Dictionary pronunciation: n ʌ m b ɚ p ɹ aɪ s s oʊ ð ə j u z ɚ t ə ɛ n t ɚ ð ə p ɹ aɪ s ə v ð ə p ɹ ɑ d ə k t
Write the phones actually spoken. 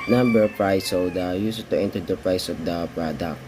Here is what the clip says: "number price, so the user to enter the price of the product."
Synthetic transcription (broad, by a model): n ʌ m b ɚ p ɹ aɪ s s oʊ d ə j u s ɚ t ə ɛ n t ɚ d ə p ɹ aɪ s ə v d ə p ɹ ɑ d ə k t